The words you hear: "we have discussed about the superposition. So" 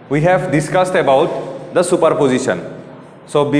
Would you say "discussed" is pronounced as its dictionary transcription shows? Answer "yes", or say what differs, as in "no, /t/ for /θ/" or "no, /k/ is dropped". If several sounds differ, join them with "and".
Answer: yes